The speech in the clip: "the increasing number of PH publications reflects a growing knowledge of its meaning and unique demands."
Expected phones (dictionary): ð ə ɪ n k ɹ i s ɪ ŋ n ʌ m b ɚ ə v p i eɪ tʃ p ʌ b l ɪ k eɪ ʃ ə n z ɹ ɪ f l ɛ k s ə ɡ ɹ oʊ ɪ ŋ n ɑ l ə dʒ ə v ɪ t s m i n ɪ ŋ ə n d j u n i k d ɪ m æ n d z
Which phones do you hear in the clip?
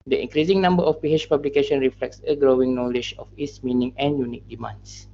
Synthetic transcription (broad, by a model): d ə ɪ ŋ k ɹ i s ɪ ŋ n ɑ m b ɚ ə f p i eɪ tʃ p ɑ b l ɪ k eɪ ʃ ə n ɹ ɪ f l ɛ k s ə ɡ ɹ oʊ ɪ ŋ n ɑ l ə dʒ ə f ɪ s m i n ɪ ŋ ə n j u n i k d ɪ m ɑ n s